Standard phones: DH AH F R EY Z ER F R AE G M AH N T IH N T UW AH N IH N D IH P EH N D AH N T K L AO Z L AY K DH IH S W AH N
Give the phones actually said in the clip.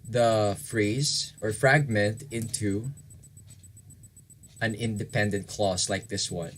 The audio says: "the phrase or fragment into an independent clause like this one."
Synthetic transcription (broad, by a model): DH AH F R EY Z ER F R AE G M AH N T IH N T UW AH N IH N D IH P EH N D AH N T K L AO S L AY K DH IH S W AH N